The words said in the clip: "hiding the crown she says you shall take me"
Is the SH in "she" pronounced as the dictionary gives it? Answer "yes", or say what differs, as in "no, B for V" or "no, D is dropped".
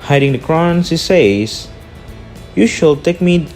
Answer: no, S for SH